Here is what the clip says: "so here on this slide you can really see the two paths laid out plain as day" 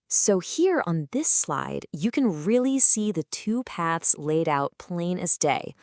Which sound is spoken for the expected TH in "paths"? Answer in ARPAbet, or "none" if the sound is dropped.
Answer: TH